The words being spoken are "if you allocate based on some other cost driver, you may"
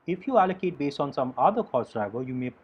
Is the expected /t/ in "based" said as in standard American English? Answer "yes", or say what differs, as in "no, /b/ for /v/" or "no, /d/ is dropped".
no, /t/ is dropped